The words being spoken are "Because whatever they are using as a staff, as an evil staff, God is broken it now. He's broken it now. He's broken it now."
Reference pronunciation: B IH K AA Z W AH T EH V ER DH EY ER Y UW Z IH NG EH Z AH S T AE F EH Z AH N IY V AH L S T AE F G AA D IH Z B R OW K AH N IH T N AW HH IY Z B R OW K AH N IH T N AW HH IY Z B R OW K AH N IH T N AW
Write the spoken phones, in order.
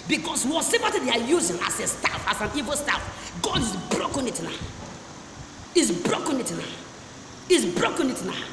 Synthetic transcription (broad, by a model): B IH K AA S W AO S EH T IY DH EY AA Y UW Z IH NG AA S AH S T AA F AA S AH N IY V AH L S T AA F G AA D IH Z B R OW K AH N IH T N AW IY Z B R OW K AH N IH T N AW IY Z B R OW K AH N IH T N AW